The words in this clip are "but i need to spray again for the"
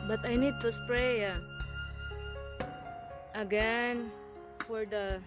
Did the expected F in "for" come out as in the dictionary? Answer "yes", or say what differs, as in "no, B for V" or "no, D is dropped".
yes